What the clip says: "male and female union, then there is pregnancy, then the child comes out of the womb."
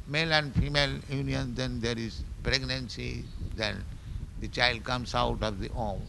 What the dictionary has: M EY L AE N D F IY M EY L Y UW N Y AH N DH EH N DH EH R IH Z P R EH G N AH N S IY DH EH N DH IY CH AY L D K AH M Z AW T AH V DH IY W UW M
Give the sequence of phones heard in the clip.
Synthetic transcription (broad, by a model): M EY L AE N D F IY M EY L Y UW N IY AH N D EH N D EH R IH Z P R EH G N AH N S IY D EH N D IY CH AY L D K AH M S AW T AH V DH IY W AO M